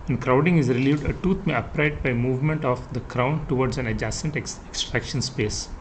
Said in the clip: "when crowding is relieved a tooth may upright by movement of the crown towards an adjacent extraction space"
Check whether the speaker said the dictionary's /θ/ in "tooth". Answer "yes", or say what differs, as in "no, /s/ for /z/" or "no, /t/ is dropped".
no, /t/ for /θ/